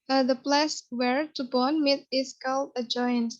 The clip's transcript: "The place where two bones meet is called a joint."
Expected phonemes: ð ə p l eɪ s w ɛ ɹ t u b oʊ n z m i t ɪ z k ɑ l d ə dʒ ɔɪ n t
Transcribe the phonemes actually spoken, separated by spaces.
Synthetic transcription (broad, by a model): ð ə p l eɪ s w ɛ ɹ t u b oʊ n m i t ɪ s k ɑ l ə dʒ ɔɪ n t